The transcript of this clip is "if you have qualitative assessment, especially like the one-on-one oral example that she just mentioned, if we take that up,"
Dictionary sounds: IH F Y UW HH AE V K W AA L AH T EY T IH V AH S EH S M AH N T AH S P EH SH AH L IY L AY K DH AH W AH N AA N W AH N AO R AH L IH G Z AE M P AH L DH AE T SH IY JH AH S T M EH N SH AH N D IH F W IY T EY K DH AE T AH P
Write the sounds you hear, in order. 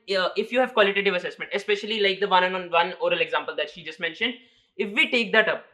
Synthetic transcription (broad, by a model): IH F Y UW HH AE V K W AA L AH T EY T IH V AH S EH S M AH N T AH S P EH SH AH L IY L AY K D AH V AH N AA N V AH N AO R AH L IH G Z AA M P AH L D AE T SH IY JH AH S T M EH N SH AH N D IH F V IY T EY K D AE T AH P